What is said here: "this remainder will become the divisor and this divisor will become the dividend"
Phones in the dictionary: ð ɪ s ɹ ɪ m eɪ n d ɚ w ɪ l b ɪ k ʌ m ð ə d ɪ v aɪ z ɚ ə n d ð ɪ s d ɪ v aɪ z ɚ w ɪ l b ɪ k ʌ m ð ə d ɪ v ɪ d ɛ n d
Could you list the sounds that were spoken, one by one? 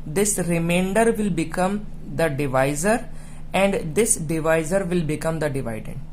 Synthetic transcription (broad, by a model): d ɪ s ɹ ɪ m eɪ n d ɚ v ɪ l b ɪ k ʌ m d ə d ɪ v aɪ z ɚ ə n d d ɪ s d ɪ v aɪ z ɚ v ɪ l b ɪ k ʌ m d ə d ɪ v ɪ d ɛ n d